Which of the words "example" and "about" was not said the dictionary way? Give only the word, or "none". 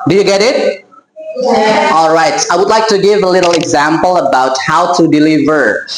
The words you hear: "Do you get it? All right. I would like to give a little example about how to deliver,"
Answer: none